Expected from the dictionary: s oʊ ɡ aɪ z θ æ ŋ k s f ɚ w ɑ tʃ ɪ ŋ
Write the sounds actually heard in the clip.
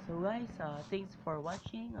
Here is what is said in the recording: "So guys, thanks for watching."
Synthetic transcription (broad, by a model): s oʊ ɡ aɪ s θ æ ŋ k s f ɚ w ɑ tʃ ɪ ŋ